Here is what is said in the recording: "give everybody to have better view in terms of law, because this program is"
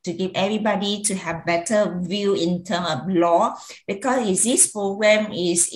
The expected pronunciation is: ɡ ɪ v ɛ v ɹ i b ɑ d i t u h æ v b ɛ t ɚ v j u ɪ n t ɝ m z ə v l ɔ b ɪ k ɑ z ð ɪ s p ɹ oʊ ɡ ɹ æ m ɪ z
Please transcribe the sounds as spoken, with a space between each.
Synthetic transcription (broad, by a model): ɡ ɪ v ɛ v ɹ i b ɑ d i t u h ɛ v b ɛ t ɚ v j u ɪ n t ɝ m ə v l ɔ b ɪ k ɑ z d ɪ s p ɹ oʊ ɡ ɹ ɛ m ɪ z